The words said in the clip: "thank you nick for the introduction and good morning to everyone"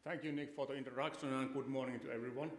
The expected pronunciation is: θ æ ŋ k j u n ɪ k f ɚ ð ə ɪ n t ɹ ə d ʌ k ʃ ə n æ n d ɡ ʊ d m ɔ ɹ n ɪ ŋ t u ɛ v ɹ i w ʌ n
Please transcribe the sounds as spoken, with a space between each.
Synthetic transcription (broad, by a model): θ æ ŋ k j u n ɪ k f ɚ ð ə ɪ n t ə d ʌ k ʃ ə n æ n ɡ ʊ d m ɔ ɹ n ɪ ŋ t u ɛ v ɹ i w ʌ n